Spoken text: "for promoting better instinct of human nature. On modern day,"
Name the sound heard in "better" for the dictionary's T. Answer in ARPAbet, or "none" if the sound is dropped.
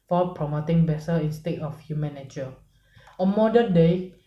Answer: S